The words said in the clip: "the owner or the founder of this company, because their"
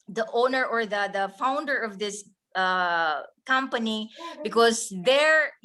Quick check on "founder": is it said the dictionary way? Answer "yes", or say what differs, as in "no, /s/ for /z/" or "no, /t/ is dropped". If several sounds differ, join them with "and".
yes